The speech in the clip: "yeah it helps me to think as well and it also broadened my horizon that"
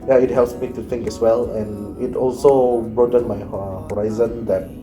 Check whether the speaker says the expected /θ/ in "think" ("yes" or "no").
no